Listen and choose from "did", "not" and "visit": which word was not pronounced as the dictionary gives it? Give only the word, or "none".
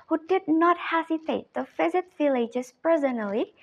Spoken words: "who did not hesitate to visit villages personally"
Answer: visit